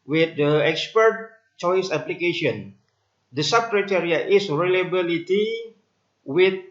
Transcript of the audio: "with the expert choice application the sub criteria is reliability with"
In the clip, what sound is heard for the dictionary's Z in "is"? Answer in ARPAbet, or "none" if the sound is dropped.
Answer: S